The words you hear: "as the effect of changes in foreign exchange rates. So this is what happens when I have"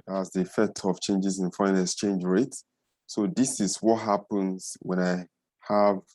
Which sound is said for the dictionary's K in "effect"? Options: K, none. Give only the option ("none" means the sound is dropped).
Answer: K